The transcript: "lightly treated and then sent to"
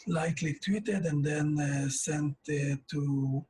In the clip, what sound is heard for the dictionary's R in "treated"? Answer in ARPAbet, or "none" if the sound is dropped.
W